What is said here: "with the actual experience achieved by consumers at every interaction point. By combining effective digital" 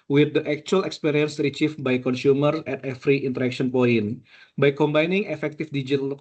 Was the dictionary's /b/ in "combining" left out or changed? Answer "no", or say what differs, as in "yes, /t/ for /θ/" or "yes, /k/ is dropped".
no